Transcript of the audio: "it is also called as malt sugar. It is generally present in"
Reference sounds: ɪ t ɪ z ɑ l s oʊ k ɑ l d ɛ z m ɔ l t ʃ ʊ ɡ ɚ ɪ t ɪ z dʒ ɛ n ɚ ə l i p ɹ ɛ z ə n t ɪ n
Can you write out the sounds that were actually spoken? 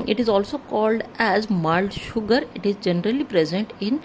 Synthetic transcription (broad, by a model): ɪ t ɪ z ɑ l s oʊ k ɑ l d ɛ z m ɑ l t ʃ ʊ ɡ ɚ ɪ t ɪ z dʒ ɛ n ɚ ə l i p ɹ ɛ z ə n t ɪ n